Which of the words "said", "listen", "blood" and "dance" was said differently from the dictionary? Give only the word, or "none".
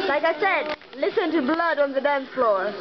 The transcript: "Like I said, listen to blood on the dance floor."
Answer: dance